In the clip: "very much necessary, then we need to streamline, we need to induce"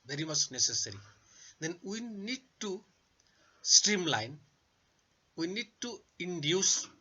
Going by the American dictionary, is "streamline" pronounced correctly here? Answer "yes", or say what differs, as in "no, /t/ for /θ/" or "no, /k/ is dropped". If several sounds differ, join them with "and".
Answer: yes